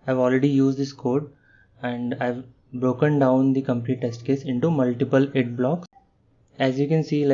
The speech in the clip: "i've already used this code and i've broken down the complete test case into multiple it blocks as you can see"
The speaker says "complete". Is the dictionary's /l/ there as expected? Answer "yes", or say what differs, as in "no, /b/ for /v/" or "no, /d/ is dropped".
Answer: no, /n/ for /l/